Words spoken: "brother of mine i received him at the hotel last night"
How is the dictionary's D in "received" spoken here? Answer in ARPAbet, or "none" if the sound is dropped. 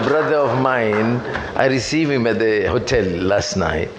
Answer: none